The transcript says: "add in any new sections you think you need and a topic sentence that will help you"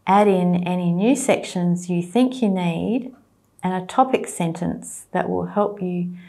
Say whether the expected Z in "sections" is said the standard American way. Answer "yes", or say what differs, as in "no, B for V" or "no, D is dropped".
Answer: yes